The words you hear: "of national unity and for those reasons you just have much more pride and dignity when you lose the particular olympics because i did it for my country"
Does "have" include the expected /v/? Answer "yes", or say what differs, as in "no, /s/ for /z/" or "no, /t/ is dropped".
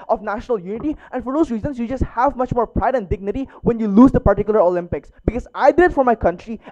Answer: yes